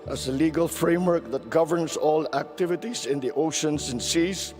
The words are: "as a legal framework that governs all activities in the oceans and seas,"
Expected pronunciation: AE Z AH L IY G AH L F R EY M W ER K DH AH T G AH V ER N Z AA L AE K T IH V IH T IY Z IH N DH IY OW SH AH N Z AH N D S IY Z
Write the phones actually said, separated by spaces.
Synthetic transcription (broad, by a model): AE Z AH L IY G AH L F R EY M W ER K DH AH T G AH V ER N S AA L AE K T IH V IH T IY S IH N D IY OW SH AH N S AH N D S IY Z